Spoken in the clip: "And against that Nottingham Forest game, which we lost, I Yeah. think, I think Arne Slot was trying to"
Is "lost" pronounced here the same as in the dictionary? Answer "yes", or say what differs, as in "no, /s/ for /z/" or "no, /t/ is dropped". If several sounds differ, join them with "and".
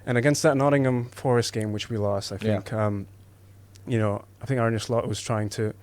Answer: yes